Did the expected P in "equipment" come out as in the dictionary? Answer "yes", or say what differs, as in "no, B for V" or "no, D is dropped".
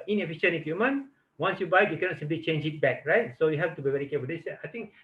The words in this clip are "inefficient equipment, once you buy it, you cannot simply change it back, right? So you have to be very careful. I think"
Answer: no, P is dropped